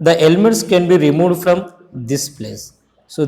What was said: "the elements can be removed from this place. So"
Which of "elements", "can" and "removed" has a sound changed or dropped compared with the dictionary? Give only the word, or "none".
none